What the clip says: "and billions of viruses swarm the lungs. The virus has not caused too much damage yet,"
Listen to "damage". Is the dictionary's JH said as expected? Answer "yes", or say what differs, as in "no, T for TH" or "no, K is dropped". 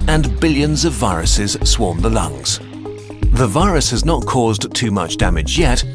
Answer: yes